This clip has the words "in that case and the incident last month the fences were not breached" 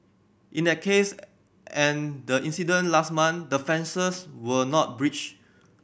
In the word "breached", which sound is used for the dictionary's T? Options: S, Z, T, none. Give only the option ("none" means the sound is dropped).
none